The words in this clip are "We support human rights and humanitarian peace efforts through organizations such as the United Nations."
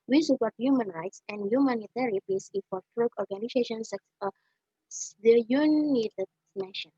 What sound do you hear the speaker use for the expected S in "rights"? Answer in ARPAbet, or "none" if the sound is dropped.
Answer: S